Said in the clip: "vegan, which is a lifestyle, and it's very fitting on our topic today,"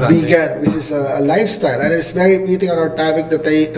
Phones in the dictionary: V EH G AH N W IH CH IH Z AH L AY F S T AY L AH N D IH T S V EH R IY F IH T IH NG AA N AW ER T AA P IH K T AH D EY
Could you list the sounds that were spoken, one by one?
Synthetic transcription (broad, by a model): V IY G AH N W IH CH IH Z AH L AY F S T AY L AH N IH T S V EH R IY P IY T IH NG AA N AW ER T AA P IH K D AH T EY